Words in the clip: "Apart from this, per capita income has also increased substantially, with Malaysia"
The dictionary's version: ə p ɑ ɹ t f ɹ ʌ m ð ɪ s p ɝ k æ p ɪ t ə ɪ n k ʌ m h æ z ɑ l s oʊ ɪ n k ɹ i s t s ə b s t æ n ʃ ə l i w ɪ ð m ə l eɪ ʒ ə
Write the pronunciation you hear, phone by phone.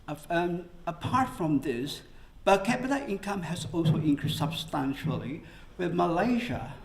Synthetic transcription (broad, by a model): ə p ɑ ɹ t f ɹ ʌ m ð ɪ s b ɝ k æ b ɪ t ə ɪ n k ʌ m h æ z ɑ l s oʊ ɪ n k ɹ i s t s ə b s t æ n ʃ ə l i w ɪ ð m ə l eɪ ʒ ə